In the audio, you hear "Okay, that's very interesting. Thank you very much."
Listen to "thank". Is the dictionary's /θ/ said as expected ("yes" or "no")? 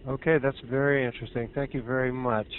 yes